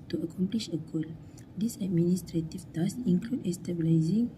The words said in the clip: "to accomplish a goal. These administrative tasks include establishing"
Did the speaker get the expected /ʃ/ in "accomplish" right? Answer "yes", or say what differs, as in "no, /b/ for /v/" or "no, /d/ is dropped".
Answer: yes